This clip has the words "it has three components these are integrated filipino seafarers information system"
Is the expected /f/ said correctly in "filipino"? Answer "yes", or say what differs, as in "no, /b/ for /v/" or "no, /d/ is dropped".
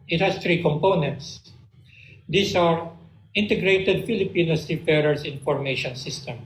yes